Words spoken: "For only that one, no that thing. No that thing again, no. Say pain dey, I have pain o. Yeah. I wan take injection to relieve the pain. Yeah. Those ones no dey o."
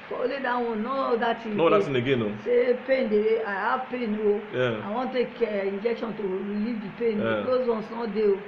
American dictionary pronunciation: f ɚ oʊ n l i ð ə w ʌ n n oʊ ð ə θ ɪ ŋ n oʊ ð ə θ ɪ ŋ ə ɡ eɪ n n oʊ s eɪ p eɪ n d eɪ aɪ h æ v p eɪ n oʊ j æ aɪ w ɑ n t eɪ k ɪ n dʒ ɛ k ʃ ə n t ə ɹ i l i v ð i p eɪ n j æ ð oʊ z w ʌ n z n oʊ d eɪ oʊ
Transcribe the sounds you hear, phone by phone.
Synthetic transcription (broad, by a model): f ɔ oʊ l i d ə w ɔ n n oʊ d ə t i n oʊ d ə t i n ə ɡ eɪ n n oʊ s eɪ p eɪ n d eɪ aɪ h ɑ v p eɪ n oʊ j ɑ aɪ w ɑ n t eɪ k ɪ n dʒ ɛ k ʃ ə n t ə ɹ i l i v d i p eɪ n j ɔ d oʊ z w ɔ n s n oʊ d eɪ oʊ